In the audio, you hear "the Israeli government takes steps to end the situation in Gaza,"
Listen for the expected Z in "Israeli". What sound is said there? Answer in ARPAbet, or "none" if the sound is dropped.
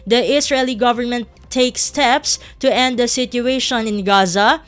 S